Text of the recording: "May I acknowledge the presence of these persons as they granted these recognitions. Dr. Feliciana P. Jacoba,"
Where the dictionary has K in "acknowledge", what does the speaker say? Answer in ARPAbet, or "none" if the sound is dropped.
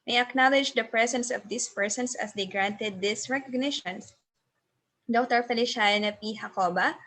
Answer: K